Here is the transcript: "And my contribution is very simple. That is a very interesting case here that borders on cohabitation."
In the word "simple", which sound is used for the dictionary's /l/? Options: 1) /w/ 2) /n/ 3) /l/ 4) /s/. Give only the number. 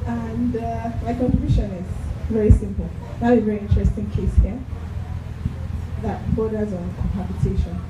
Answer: 3